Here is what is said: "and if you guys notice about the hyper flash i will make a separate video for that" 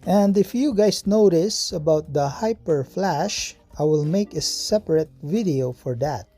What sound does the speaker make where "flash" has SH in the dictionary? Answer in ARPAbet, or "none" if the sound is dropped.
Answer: SH